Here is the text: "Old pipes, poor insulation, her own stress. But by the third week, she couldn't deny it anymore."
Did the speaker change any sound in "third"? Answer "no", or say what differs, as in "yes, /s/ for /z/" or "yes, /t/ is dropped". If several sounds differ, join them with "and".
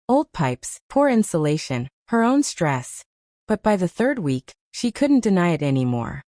no